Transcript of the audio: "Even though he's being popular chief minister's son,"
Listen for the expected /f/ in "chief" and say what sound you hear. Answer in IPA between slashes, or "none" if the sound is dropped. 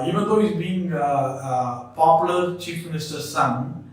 /f/